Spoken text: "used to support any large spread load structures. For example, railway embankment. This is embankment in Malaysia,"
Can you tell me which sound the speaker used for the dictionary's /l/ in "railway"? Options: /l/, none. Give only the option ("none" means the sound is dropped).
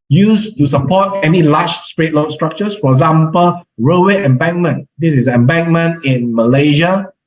none